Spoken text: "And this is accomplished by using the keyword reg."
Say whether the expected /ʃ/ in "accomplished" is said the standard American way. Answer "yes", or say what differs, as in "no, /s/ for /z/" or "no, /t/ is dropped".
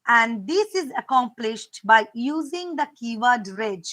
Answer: yes